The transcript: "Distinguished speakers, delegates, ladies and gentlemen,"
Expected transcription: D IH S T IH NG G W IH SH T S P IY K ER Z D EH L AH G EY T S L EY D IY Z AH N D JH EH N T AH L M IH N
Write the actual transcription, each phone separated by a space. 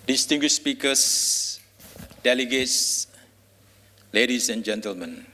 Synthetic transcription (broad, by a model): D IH S T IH NG G W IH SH S P IY K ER S D EH L AH G EY T S L EY D IY S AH N JH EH N T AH L M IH N